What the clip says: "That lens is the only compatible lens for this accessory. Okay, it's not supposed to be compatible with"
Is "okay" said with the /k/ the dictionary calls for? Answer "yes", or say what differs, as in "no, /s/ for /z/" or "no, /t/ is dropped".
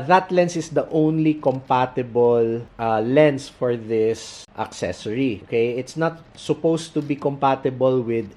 yes